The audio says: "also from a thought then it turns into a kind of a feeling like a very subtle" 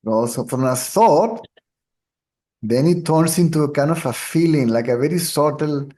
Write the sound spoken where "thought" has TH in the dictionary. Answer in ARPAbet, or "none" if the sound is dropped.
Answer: S